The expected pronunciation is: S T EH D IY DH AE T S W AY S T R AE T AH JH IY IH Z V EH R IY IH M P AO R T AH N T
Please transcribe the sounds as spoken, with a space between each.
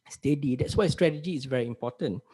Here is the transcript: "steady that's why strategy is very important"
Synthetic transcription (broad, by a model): S T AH D IY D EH T S W AY S T R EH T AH JH IY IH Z V EH R IY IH M P AO T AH N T